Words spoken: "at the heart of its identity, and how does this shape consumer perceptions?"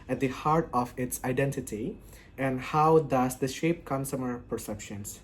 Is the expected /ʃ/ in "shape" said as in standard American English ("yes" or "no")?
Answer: yes